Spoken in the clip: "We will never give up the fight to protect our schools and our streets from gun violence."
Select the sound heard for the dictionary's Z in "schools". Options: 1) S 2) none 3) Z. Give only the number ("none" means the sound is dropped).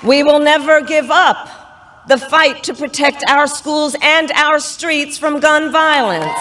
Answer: 3